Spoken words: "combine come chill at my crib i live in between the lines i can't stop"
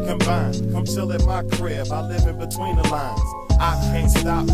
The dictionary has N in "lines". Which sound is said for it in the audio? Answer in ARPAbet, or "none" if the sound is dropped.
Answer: N